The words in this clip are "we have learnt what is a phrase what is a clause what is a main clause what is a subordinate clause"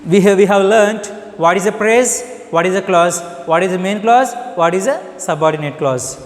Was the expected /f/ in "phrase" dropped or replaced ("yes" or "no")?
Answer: yes